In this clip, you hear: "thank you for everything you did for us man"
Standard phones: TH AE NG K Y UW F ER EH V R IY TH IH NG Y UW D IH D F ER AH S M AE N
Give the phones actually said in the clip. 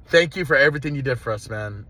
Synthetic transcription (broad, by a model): TH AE NG K Y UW F ER EH V R IY TH IH NG Y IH D IH D F ER AH S M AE N